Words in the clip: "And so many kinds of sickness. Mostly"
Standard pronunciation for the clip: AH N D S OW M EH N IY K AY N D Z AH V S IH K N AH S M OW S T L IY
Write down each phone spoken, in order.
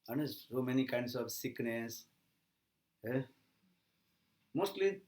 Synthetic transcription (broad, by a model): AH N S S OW M EH N IY K AY N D S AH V S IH K N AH S M OW S T L IY